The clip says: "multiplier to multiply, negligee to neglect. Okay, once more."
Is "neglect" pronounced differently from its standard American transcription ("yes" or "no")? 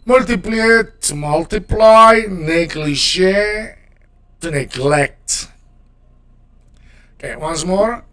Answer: no